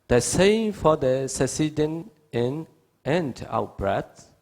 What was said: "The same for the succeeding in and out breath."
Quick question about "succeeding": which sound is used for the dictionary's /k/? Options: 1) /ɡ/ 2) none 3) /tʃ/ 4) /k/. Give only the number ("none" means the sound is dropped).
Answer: 2